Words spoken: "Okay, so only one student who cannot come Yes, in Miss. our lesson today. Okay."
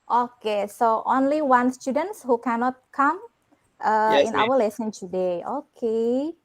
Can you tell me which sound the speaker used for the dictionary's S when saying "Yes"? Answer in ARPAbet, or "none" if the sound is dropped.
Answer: none